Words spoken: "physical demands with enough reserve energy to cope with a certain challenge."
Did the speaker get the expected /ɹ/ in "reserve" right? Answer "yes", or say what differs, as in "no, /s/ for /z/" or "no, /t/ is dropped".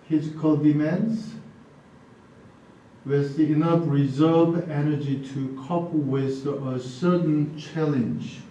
yes